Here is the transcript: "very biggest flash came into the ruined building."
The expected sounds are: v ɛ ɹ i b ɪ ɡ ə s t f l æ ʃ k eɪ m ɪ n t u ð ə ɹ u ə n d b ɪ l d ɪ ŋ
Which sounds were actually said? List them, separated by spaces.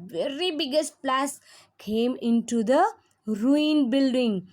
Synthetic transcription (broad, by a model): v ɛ ɹ i b ɪ ɡ ə s t p l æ s k eɪ m ɪ n t u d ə ɹ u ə n b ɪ l d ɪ ŋ